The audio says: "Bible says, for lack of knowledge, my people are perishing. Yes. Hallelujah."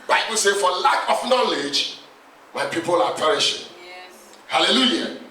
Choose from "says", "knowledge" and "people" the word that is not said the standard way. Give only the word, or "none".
says